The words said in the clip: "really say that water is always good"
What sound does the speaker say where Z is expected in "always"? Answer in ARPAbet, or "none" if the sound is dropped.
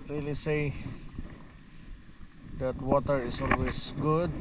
S